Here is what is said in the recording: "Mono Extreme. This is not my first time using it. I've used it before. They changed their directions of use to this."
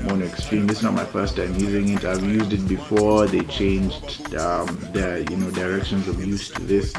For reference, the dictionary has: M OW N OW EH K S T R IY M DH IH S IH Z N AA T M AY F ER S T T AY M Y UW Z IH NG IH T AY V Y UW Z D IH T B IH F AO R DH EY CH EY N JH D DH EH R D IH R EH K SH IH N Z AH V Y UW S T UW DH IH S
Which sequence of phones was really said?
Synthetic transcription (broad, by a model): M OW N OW EH K S T R IY M DH IH S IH N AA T M AY F ER S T T AY M Y UW Z IH NG IH T AY V Y UW Z D IH T B IH F AO R DH EY CH EY N JH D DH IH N D IH R EH K SH IH N Z AH V Y UW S T UW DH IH S